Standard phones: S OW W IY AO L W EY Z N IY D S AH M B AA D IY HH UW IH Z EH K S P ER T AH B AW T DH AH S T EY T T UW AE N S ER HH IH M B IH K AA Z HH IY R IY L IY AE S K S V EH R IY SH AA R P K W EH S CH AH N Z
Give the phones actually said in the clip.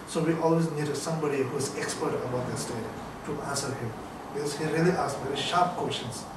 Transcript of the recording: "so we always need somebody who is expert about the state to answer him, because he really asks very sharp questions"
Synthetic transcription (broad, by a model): S OW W IY AO L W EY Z N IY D S AH M B AA D IY HH UW IH Z EH K S P ER T AH B AW T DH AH S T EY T T UW AE N S ER HH IH M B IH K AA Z HH IY R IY L IY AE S S V EH R IY SH AA R P K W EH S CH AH N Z